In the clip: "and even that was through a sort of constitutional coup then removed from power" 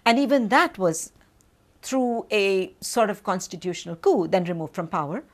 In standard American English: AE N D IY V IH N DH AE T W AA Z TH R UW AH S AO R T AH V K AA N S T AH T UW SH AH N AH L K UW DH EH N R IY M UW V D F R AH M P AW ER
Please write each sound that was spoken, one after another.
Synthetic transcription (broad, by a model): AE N D IY V IH N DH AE T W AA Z T R UW AH S AO R T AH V K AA N S T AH T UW SH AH N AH L K UW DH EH N R IY M UW V D F R AH M P AW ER